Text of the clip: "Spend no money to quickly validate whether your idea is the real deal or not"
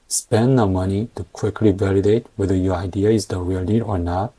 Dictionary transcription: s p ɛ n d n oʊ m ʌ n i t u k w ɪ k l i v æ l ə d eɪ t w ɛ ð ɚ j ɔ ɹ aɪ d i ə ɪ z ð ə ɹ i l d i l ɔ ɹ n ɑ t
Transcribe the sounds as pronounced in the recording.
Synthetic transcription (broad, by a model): s p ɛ n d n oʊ m ʌ n i t u k w ɪ k l i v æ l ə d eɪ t w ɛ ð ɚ j ɔ ɹ aɪ d i ə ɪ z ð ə w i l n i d ɔ ɹ n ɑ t